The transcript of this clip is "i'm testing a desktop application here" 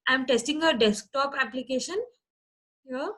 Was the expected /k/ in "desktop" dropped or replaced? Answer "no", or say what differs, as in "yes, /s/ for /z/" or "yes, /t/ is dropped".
no